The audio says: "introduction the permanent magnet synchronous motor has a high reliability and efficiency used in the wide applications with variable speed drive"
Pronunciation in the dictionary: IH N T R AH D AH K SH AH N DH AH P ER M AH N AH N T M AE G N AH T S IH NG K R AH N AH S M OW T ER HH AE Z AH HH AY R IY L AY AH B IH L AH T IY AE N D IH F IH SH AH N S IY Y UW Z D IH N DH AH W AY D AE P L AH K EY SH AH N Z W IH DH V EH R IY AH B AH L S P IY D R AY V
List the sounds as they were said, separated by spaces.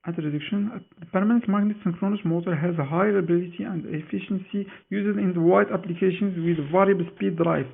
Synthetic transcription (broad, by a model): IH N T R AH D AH K SH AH N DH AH P ER M AH N AH N T M AE G N AH T S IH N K R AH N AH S M OW T ER HH AE Z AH HH AY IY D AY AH B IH L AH T IY AE N D IH F IH SH AH N S IY Y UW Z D IH N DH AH W AY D AE P L AH K EY SH AH N Z W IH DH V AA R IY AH B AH L S P IY D R AY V